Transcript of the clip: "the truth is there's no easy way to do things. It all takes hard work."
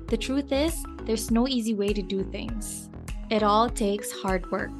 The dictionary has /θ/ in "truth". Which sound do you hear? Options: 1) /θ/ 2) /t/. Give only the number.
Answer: 1